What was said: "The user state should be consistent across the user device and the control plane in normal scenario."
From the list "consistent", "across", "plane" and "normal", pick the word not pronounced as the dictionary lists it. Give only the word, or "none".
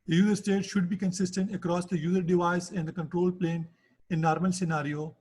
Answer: none